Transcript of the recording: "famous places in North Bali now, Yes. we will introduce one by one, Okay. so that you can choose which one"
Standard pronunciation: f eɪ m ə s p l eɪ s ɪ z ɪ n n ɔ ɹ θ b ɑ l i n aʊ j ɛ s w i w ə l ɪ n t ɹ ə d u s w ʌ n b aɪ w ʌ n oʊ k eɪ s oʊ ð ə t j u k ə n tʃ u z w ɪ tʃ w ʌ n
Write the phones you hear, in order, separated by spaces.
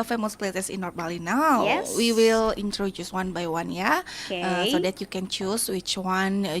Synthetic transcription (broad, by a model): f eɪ m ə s p l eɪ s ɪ s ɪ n n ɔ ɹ b ɑ l i n aʊ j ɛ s w i w ə l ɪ n t ɹ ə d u s w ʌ n b aɪ w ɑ n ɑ ʌ s oʊ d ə t j u k ə n tʃ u s w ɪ tʃ w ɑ n